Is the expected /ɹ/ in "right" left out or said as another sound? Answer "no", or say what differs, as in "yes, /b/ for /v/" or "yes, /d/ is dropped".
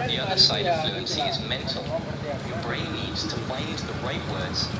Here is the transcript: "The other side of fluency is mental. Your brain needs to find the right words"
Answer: no